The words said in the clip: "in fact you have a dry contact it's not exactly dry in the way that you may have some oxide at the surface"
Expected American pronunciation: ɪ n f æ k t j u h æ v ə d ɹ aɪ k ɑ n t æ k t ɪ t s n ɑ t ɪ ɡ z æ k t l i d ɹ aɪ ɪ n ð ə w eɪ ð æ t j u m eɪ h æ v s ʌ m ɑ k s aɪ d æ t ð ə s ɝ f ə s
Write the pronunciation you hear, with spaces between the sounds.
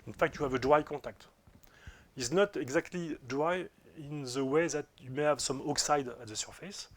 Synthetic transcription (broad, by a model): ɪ n f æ k t j u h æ v ə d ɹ aɪ k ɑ t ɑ k t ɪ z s n ɑ t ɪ ɡ z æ k t l i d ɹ aɪ ɪ n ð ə w eɪ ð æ t j u m eɪ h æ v s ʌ m ɑ k s aɪ d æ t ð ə s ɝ f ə s